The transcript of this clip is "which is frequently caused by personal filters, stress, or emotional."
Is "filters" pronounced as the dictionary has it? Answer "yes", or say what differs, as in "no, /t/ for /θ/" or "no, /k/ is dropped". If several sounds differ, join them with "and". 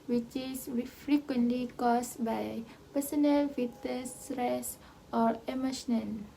no, /l/ is dropped